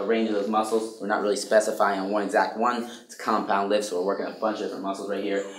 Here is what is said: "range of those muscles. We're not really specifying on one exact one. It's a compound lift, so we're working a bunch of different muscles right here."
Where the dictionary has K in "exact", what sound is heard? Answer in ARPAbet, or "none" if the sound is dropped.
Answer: K